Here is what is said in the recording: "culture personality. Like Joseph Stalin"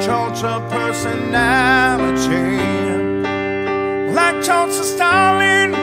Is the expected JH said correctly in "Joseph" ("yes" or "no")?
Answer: no